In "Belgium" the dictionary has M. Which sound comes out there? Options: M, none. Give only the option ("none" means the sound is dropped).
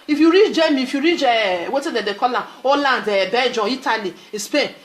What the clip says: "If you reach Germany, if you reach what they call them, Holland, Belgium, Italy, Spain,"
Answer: none